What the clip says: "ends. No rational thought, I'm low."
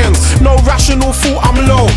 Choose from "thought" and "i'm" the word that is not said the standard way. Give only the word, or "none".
thought